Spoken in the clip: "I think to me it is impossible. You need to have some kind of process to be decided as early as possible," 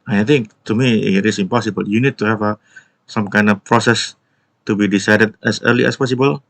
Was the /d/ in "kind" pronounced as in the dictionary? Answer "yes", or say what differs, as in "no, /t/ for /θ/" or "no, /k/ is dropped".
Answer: yes